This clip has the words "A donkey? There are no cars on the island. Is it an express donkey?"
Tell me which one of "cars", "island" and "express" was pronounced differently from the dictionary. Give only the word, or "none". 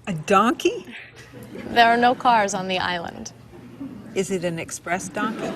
none